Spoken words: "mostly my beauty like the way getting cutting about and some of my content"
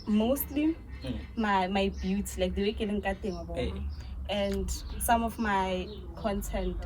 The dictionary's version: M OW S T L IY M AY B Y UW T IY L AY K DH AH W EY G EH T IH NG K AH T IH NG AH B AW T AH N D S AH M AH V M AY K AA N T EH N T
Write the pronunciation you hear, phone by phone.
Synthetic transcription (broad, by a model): M OW S T L IY M AY B Y UW T IY L AY K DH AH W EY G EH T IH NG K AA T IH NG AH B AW AH N D S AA M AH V M AY K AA N T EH N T